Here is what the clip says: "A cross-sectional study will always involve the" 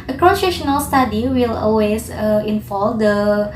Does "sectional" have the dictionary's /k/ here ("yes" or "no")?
no